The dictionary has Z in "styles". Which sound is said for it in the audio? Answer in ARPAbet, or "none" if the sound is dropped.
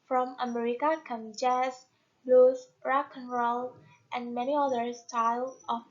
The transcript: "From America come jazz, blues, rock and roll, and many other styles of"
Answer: none